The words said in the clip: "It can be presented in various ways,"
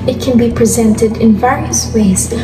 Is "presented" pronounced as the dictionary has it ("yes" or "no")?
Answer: yes